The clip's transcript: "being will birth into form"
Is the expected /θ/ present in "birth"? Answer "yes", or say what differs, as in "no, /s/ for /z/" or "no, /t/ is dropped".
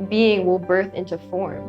yes